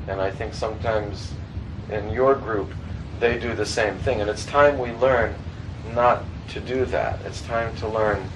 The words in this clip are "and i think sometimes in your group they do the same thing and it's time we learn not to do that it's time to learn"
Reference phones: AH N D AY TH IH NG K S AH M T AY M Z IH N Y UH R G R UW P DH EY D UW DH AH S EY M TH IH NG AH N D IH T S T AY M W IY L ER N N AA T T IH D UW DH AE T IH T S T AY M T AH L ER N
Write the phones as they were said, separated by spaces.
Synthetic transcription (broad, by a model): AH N AY TH IH NG K S AH M T AY M Z IH N Y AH R G R UW P DH EY D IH DH AH S EY M TH IH NG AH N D IH T S T AY M W IY L ER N N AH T T IH D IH DH AE T IH T S T AY M T AH L ER N